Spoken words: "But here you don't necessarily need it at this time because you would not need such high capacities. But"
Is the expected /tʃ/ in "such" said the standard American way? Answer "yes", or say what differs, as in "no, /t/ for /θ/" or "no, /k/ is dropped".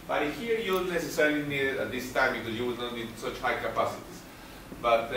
yes